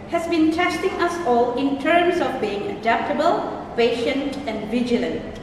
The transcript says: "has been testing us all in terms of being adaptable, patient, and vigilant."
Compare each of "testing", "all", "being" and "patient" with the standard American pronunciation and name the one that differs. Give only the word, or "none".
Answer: none